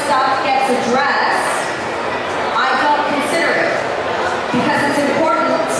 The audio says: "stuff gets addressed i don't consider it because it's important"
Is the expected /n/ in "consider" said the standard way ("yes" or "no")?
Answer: yes